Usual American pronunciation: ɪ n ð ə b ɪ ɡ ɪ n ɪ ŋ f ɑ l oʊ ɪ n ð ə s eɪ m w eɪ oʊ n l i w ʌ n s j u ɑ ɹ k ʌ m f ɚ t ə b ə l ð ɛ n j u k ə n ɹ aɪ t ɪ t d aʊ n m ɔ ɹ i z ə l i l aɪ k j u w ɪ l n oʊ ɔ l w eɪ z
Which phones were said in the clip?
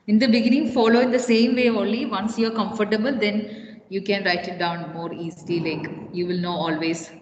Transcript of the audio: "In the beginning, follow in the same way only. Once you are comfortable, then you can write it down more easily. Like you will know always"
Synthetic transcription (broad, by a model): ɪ n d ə b ɪ ɡ ɪ n ɪ ŋ f ɑ l oʊ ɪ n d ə s eɪ m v eɪ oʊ l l i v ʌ n s j u ɑ ɹ k ʌ m f ɚ t ə b ə l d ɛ n j u k ə n ɹ aɪ t ɪ t d aʊ n m ɔ ɹ i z l i l aɪ k j u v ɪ l n oʊ ɔ l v eɪ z